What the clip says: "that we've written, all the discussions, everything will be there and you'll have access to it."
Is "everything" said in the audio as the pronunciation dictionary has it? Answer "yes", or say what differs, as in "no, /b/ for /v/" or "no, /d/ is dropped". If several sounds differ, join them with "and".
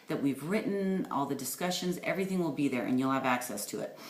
yes